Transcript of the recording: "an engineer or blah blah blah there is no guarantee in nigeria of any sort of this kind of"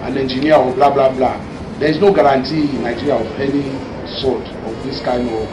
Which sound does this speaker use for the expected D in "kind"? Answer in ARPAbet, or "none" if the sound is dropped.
none